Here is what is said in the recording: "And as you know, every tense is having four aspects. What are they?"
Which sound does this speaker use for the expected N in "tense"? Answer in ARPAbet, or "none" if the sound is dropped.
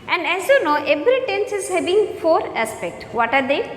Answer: N